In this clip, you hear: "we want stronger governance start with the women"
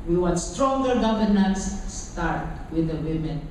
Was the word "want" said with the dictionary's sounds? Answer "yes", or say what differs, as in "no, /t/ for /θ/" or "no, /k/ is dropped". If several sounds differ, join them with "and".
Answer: no, /n/ is dropped